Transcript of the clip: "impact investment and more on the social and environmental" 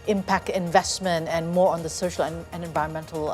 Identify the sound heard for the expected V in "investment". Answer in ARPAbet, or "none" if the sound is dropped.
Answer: V